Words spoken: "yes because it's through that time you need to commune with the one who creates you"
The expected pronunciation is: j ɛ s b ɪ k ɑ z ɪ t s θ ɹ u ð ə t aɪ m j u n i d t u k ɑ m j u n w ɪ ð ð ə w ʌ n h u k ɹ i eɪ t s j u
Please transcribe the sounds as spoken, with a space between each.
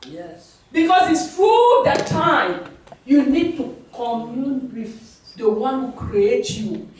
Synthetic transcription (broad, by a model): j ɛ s b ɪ k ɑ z ɪ t s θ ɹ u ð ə t aɪ m j u n i d t u k ɑ m j u n w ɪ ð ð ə w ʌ n h u k ɹ i eɪ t j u